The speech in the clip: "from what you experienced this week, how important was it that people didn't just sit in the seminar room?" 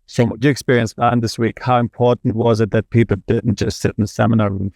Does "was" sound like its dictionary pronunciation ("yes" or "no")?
yes